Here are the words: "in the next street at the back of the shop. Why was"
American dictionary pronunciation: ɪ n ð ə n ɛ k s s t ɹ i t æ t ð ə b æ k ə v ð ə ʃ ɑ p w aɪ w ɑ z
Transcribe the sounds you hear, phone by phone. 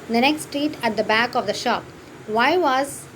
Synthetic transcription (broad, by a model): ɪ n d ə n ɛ k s s t ɹ i t æ t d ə b æ k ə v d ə ʃ ɑ p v aɪ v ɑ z